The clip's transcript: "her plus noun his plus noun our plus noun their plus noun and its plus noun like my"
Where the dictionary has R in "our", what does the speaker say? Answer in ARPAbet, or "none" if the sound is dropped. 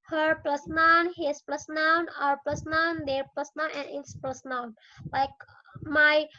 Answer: R